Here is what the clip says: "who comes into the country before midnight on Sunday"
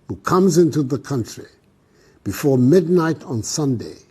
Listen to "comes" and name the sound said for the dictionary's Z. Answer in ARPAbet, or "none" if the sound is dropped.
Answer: Z